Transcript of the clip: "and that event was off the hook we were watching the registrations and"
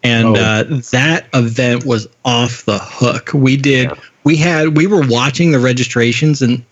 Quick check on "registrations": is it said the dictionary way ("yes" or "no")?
yes